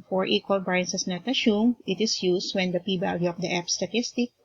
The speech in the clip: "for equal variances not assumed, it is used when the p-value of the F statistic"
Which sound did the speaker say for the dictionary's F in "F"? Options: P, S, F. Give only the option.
P